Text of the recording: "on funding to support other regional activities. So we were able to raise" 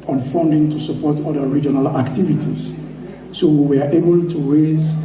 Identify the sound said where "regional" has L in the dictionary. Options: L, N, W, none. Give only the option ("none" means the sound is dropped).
L